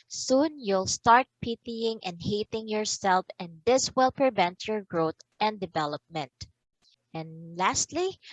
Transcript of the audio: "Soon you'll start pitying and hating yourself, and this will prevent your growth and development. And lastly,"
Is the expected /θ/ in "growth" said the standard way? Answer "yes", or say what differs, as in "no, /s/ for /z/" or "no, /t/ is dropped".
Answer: no, /t/ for /θ/